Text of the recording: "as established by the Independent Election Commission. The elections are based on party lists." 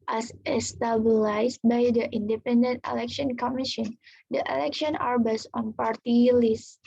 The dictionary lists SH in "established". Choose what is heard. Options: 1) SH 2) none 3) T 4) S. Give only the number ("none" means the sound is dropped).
4